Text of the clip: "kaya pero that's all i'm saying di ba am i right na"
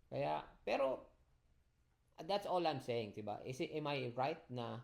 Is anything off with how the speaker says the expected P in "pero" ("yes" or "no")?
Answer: no